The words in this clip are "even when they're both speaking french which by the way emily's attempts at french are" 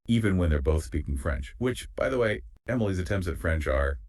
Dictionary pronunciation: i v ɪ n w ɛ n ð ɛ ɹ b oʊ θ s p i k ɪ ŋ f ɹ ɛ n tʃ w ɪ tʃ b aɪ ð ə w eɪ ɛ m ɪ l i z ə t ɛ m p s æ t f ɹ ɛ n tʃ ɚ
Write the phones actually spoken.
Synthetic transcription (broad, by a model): i v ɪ n w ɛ n ð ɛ ɹ b oʊ θ s p i k ɪ ŋ f ɹ ɛ n tʃ w ɪ tʃ b aɪ ð ə w eɪ ɛ m l i z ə t ɛ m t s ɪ t f ɹ ɛ n tʃ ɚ